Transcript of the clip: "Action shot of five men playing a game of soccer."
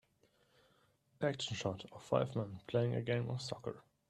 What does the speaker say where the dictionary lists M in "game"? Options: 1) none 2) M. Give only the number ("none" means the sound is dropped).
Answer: 2